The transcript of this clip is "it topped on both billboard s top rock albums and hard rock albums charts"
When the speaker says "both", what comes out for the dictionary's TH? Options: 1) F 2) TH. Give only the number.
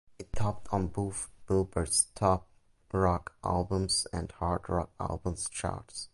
1